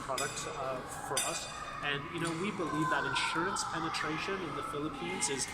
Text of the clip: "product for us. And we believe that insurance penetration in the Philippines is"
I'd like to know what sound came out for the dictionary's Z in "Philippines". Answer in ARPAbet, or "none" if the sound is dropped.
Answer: Z